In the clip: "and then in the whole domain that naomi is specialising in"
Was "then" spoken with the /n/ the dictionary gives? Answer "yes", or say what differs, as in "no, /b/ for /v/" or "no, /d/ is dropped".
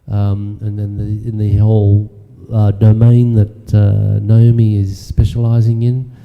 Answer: no, /n/ is dropped